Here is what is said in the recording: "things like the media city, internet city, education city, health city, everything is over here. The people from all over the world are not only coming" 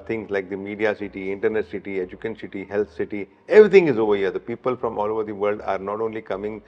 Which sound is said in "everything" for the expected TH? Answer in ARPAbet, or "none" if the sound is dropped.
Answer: T